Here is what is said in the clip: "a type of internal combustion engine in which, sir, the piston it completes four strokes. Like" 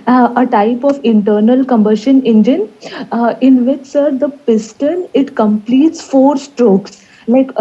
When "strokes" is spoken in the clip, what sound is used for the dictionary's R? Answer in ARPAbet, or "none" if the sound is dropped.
R